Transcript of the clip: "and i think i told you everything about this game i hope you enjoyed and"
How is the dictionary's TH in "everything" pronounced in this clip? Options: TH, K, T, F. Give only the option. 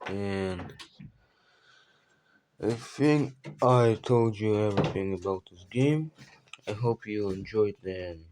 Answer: TH